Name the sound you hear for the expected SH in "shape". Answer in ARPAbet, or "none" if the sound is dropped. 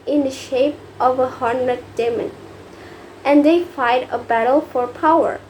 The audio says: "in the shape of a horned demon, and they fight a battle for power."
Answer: SH